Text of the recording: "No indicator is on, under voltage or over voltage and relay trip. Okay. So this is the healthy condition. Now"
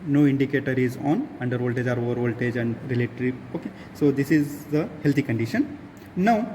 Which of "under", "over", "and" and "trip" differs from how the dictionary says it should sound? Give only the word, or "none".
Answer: trip